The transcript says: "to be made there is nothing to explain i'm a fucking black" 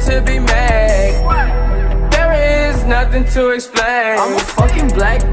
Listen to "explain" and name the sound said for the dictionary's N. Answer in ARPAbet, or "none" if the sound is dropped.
none